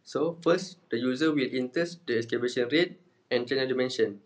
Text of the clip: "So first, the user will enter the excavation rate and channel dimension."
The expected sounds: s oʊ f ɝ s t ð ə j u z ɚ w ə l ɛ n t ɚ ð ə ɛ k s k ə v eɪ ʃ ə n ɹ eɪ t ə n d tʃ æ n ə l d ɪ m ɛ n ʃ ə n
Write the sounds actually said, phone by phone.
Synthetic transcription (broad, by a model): s oʊ f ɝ s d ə j u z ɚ w ə l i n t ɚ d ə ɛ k s k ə b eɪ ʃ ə n ɹ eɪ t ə n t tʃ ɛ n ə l d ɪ m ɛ n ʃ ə n